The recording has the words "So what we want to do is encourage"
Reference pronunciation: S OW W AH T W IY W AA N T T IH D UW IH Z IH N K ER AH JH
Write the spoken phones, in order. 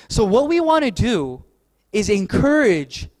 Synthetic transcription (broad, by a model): S OW W AH T W IY W AA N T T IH D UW IH Z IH N K ER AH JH